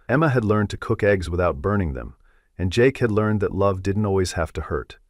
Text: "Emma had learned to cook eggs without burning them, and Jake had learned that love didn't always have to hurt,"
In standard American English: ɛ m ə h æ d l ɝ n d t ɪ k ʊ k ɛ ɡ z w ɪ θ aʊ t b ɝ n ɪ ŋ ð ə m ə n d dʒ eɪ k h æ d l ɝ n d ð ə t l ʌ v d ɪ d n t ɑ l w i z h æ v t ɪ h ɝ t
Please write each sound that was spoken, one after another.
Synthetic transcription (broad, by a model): ɛ m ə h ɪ d l ɝ n t ɪ k ʊ k ɛ ɡ z w ɪ θ aʊ t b ɝ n ɪ ŋ ð ə m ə n dʒ eɪ k h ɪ d l ɝ n ð ə t l ʌ v d ɪ d n t ɑ l w i z h æ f t ɪ h ɝ t